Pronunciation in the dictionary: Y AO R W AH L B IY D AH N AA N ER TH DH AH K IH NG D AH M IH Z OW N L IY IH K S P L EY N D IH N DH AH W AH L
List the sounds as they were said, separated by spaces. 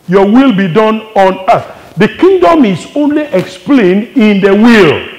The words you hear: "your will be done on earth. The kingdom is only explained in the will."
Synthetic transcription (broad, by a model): Y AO W AH L B IY D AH N AA N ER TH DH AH K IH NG D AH M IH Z OW N L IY IH K S P L EY N D IH N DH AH W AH L